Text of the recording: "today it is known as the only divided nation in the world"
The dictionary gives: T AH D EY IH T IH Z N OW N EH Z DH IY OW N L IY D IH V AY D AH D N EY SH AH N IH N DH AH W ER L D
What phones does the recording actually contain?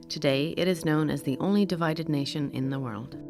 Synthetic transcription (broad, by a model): T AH D EY IH T IH Z N OW N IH Z DH IY OW N L IY D IH V AY D AH D N EY SH AH N IH N DH AH W ER L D